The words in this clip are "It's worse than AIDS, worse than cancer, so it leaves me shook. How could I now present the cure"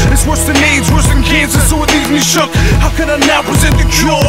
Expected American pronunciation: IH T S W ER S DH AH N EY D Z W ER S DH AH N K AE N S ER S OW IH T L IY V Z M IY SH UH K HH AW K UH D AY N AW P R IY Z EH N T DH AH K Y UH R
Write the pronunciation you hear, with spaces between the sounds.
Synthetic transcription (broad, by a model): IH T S W ER S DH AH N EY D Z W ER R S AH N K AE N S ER S OW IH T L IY Z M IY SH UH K HH AW K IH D AY N AW P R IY Z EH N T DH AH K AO